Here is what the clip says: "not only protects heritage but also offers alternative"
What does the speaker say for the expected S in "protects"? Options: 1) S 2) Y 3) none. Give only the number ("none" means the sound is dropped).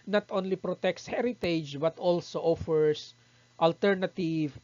1